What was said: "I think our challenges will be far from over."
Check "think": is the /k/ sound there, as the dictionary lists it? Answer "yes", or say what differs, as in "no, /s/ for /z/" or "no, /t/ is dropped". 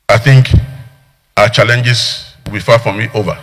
yes